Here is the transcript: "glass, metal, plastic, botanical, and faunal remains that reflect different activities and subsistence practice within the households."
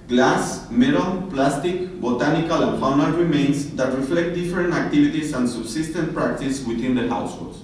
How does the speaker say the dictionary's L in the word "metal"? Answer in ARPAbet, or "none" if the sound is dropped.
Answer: N